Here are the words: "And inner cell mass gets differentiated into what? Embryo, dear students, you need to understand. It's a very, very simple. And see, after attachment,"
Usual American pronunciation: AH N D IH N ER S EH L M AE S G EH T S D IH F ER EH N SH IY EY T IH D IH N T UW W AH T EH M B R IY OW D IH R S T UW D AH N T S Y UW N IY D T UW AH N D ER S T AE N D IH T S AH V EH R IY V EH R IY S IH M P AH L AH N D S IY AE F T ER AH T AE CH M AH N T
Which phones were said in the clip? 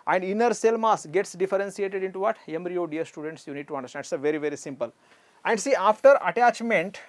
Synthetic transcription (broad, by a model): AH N D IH N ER S EH L M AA S G EH T S D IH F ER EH N S IY EY T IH D IH N T UW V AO T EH M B R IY OW D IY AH S T UW D AH N T S Y UW N IY D T UW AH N D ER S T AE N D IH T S AH V EH R IY V EH R IY S IH M P AH L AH N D S IY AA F T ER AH T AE CH M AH N T